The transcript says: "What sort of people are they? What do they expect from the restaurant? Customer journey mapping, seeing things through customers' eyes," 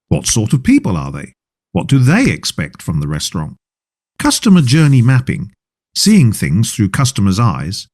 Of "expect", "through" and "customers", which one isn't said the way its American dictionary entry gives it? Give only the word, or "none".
none